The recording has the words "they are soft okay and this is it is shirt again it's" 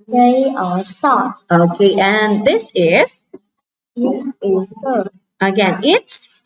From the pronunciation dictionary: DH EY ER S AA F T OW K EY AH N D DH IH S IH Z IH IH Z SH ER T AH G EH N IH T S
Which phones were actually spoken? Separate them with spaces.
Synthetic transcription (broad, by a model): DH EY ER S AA T OW K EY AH N DH IH S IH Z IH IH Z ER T AH G EH N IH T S